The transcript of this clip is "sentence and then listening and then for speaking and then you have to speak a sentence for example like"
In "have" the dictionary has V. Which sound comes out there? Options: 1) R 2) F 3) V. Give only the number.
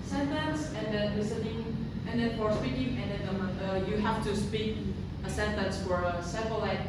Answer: 2